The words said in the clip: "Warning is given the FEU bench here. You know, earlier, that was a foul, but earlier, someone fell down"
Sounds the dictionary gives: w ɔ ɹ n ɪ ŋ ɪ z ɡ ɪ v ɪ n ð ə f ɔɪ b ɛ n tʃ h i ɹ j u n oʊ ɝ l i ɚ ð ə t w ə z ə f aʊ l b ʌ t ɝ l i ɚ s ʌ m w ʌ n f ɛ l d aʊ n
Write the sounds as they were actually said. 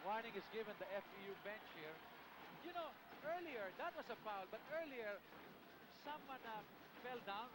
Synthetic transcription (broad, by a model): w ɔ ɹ n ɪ ŋ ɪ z ɡ ɪ v ɪ n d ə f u b ɛ n tʃ h i ɹ j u n oʊ ɝ l i ɚ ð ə t w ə s ə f aʊ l b ʌ t ɝ l i ɚ s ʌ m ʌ n f ɛ l d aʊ n